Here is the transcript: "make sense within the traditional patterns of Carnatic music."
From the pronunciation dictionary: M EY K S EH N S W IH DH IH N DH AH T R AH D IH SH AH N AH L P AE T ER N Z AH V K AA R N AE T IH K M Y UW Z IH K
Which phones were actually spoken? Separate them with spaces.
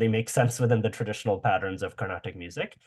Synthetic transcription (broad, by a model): M EY K S EH N S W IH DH IH N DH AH T R AH D IH SH AH N AH L P AE T ER N Z AH V K AA R N AE T IH K M Y UW Z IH K